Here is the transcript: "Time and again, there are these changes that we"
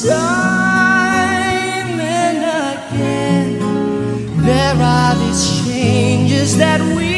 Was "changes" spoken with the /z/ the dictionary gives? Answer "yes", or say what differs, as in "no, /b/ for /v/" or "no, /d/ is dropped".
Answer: yes